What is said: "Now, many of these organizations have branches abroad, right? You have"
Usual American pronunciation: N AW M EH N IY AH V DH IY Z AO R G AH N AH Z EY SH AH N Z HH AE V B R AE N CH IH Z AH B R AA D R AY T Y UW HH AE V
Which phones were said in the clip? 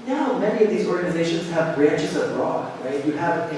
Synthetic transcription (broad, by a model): N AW M EH N IY AH V DH IY Z AO R G AH N AH Z EY SH AH N Z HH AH V B R AE N CH IH Z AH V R AA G R AY T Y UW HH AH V